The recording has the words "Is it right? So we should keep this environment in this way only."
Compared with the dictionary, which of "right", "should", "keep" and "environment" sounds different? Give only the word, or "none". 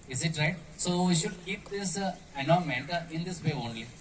environment